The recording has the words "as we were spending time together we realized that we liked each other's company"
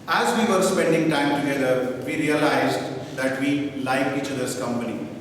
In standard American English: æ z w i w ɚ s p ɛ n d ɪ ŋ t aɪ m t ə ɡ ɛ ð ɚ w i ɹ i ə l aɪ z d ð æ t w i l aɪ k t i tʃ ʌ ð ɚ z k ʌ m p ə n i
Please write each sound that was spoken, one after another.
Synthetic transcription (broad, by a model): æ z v i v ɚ s p ɛ n d ɪ ŋ t aɪ m t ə ɡ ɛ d ɚ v i ɹ i ə l aɪ z d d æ t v i l aɪ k i tʃ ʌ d ɚ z k ʌ m p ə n i